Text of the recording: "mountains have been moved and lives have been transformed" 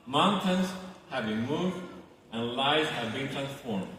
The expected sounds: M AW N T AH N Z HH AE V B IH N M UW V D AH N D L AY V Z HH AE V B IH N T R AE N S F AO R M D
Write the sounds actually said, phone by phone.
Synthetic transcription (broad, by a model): M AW N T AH N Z HH AE V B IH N M UW V D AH N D L AY Z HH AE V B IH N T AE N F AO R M